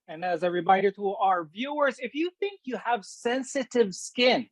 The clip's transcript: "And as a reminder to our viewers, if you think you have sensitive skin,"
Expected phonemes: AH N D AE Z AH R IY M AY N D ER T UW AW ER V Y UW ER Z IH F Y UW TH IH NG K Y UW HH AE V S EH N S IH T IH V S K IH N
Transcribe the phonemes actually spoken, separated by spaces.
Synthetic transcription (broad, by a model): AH N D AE Z AH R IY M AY D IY T UW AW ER V Y UW ER Z IH F Y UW TH IH NG K Y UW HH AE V S EH N S IH T IH V S K IH N